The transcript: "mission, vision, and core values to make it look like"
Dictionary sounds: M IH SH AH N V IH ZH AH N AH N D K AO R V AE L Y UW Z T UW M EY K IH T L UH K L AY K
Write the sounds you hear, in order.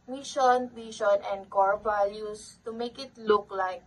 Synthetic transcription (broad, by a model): M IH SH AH N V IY SH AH N AH N D K AO R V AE L Y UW S T UW M EY K IH T L UH K L AY K